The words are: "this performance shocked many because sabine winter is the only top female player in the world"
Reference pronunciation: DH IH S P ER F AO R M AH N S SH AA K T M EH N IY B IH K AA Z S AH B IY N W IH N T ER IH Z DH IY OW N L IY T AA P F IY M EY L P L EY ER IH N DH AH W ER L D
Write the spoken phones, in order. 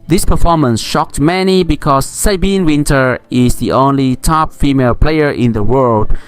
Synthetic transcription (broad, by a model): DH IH S P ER F AO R M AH N S SH AA K T M EH N IY B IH K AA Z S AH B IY N W IH N T ER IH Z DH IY OW N L IY T AA P F IY M EY L P L EY ER IH N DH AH W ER L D